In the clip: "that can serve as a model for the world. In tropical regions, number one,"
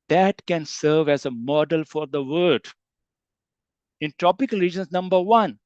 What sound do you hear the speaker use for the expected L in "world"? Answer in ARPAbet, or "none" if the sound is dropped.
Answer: none